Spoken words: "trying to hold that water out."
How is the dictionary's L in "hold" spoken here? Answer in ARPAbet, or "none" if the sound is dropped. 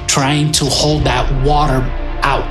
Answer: L